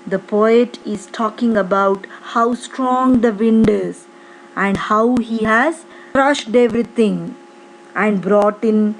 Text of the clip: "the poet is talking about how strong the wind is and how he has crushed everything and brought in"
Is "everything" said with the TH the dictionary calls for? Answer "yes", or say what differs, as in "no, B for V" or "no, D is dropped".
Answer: no, T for TH